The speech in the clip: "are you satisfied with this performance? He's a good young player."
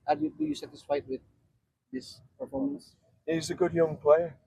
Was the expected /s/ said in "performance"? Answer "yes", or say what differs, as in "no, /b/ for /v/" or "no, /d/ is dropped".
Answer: yes